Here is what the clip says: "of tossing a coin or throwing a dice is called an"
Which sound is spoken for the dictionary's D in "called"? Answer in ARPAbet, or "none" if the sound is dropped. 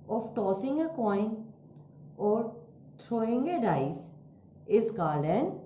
none